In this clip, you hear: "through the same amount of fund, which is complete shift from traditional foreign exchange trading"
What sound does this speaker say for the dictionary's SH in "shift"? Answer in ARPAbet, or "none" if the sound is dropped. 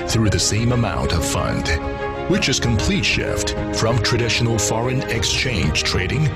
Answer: SH